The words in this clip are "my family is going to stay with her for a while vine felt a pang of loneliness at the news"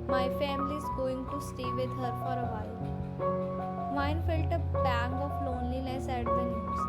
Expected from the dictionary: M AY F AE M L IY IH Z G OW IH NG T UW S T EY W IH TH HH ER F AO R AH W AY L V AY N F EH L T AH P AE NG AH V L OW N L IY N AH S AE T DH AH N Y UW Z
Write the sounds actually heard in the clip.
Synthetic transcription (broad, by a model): M AY F AE M L IY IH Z G OW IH NG T UW S T EY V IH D HH ER F AO R AH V AY L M AY N F EH L T AH B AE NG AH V L OW N L IY N AH S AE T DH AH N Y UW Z